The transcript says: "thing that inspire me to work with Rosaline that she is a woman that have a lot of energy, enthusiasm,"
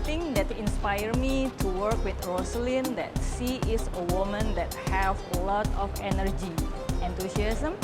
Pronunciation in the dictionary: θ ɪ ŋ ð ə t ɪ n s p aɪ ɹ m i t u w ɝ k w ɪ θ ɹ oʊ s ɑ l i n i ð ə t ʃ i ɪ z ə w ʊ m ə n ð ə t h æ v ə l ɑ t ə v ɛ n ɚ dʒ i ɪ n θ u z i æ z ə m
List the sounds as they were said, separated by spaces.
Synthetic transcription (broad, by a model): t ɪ ŋ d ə t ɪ n s p aɪ ɹ m i t u w ɝ k w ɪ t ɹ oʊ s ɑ l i n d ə t s i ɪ s ə w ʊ m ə n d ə t h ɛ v ə l ɑ t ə f ɛ n ɚ dʒ i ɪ n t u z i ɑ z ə m